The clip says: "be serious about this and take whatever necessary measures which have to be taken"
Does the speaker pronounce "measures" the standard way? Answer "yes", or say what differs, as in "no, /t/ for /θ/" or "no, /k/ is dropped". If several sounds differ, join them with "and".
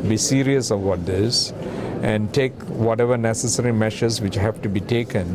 no, /ʃ/ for /ʒ/